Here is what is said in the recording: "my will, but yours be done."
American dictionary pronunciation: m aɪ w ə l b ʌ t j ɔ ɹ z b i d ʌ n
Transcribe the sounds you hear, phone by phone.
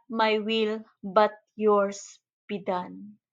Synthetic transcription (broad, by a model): m aɪ w ə l b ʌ t j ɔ ɹ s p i d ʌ n